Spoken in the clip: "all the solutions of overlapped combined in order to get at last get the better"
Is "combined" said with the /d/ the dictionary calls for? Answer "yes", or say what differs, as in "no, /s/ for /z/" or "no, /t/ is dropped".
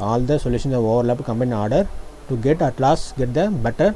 no, /d/ is dropped